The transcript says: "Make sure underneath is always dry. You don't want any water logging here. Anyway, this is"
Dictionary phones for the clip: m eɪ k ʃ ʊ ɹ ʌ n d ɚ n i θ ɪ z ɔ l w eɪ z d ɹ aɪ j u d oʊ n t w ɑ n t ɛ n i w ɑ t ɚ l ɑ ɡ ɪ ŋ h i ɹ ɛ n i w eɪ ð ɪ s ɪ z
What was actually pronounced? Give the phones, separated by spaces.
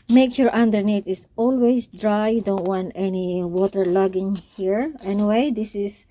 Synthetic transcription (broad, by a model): m eɪ k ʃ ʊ ɹ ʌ n d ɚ n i t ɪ s ɔ l w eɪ s d ɹ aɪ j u d oʊ n t w ɑ n t ɛ n i w ɑ t ɚ l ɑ ɡ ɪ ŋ h i ɹ ɛ n i w eɪ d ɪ s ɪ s